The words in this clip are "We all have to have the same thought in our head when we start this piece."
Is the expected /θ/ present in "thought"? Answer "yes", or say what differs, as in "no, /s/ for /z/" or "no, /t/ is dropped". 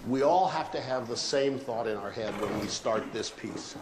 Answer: yes